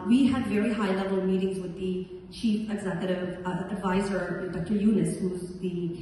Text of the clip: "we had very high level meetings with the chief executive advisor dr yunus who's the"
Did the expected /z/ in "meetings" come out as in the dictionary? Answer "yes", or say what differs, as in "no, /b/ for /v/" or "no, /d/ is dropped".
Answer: yes